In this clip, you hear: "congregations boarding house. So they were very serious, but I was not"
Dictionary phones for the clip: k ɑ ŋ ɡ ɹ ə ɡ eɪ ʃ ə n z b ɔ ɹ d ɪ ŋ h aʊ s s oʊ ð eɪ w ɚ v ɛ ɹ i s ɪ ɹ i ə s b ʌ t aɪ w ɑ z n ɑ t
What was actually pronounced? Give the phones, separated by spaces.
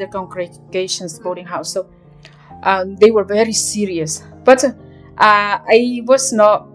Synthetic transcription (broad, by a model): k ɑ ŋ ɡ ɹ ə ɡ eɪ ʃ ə n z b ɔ l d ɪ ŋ h aʊ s s oʊ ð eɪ w ɚ v ɛ ɹ i s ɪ ɹ i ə s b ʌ t aɪ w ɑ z n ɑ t